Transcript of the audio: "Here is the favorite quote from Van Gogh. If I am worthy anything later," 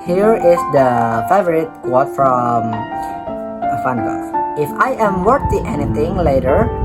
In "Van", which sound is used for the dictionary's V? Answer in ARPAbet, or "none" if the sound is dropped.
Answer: F